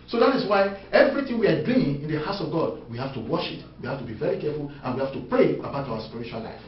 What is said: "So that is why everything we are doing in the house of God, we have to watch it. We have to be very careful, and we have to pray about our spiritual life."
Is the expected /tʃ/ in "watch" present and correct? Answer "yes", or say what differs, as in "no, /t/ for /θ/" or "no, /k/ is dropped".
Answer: no, /ʃ/ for /tʃ/